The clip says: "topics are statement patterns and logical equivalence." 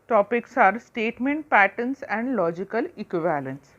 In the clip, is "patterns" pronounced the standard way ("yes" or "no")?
no